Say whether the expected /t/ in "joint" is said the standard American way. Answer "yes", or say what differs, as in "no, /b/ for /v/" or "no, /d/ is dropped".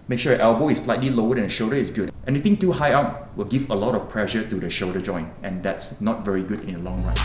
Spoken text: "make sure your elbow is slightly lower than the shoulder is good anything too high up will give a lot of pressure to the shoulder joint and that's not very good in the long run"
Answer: yes